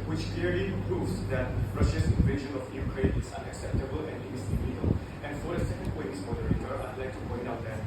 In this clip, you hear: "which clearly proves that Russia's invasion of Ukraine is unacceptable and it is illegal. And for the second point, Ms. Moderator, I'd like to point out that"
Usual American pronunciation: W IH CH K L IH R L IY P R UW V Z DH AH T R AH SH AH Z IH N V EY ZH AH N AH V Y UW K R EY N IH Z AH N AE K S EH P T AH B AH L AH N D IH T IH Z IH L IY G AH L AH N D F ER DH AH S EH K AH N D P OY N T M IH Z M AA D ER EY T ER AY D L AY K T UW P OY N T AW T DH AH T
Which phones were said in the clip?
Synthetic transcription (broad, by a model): W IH CH K L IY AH L IY P R UW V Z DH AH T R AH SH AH S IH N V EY SH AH N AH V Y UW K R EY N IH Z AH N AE K S EH P T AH B AH L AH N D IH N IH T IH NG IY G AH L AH N F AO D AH S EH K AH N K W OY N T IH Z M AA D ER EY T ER AY D L AY K T UW P OY N T AW T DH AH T